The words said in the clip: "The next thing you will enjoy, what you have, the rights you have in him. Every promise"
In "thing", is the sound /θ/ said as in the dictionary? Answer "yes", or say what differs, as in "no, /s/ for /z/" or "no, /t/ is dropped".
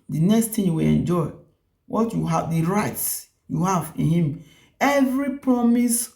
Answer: no, /t/ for /θ/